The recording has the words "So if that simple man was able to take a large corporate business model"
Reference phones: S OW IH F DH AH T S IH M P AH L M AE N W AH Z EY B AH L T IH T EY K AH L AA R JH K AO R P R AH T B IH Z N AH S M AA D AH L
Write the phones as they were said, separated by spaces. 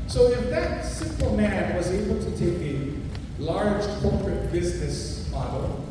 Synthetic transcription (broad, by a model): S OW IH F DH AH T S IH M P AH L M AE N W AH Z EY B L T IH T EY K AH L AA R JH K AO R P R AH T B IH Z N AH S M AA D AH L